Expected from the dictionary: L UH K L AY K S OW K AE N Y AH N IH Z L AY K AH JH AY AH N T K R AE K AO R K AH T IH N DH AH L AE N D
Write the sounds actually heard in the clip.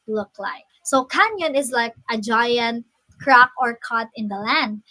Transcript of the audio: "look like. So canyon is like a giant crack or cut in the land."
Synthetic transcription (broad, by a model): L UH K L AY K S OW K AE N Y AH N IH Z L AY K AH JH AY AH N T K R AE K AO R K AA T IH N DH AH L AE N D